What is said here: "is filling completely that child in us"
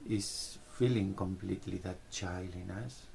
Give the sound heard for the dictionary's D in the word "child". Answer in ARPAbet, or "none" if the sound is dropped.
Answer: none